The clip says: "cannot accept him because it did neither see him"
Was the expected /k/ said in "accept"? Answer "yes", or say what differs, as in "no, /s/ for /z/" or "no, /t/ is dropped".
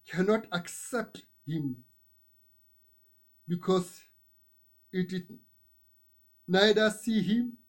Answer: yes